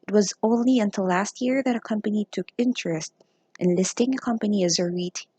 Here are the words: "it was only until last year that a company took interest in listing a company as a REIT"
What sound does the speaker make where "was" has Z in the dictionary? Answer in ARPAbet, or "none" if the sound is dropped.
Z